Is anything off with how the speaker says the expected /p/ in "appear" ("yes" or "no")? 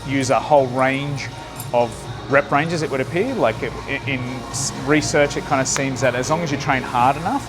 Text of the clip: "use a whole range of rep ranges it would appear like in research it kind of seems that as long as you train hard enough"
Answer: no